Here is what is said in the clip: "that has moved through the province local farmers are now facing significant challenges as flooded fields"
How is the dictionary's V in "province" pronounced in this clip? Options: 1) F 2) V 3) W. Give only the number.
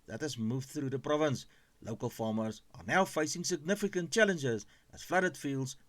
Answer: 2